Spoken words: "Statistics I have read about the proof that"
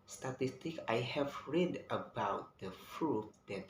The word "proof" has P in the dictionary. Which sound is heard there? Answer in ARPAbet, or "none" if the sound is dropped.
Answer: F